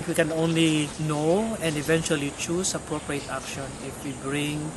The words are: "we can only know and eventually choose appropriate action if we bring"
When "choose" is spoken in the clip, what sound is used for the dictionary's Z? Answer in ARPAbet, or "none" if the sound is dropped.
S